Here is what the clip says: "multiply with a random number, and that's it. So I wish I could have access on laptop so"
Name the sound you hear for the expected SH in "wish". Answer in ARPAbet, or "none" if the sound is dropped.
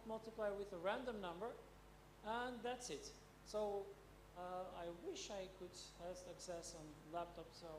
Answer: SH